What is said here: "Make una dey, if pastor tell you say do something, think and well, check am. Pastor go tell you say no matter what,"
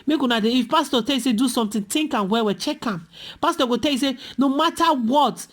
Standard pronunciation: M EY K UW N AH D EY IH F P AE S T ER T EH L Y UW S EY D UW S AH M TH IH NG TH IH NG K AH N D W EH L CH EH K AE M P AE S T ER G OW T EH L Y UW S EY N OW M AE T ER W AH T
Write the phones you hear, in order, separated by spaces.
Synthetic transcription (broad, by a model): M EY K UW N AH D EY IH F P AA S T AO T EH L Y UW S EY D UW S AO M T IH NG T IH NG K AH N W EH W CH EH K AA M P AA S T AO G OW T EH L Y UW S EY N OW M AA T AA W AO T